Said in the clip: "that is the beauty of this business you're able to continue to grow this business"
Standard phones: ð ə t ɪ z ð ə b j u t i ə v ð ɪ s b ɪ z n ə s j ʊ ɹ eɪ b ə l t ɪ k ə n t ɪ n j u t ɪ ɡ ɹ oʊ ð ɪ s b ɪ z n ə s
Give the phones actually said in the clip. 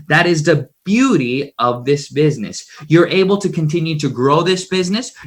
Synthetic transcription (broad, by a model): ð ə t ɪ z ð ə b j u t i ə v ð ɪ s b ɪ z n ə s j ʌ ɹ eɪ b l t ɪ k ə n t ɪ n j u t ɪ ɡ ɹ oʊ ð ɪ s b ɪ z n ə s